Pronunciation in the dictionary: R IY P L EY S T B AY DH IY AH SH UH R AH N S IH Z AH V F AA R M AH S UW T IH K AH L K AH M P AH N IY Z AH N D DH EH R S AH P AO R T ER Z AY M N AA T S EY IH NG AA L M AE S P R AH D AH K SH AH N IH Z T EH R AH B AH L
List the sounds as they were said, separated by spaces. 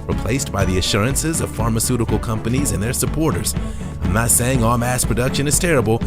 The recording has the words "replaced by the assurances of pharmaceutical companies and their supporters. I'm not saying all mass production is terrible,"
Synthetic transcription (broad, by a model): R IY P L EY S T B AY DH IY AH SH UH R AH N S IH Z AH V F AA R M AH S UW T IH K L K AH M P AH N IY Z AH N DH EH R S AH P AO R T ER Z AY M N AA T S EY IH NG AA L M AE S P R AH D AH K SH AH N IH Z T EH R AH B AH L